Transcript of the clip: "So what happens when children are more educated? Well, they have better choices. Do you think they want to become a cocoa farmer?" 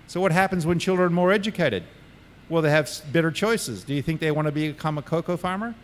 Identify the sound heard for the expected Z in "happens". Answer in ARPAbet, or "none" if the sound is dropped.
Z